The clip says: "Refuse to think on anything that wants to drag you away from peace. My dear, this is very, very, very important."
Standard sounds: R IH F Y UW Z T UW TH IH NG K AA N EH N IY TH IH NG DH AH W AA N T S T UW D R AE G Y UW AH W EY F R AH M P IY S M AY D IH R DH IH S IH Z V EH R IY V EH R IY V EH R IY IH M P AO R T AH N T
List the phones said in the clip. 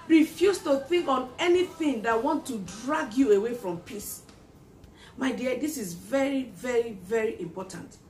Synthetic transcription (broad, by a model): R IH F Y UW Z T UW TH IH NG K AA N EH N IY TH IH NG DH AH W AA N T T UW D R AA G Y UW AH W EY F R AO M P IY S M AY D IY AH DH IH S IH Z V EH R IY V EH R IY V EH R IY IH M P AO T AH N T